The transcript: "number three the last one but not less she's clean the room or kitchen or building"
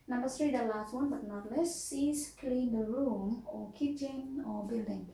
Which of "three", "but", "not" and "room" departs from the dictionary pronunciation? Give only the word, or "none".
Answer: three